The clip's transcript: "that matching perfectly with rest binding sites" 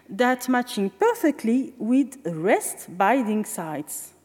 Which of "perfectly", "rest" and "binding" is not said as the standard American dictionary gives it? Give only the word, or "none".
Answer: binding